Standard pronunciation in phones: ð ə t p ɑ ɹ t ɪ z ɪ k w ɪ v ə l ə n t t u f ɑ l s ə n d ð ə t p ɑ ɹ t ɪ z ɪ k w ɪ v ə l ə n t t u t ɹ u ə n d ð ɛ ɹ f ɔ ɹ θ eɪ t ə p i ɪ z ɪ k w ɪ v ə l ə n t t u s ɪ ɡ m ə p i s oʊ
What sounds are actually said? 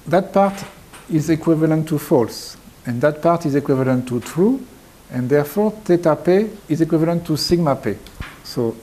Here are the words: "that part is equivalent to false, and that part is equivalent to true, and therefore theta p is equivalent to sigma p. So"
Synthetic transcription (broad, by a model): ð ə t p ɑ ɹ t ɪ z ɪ k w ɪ v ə l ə n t t u f ɑ l s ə n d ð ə t p ɑ ɹ t ɪ z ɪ k w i v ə l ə n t t u t ɹ u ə n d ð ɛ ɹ f ɔ ɹ t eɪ t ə p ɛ ɪ z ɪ k w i v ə l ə n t t u s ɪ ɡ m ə p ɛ s oʊ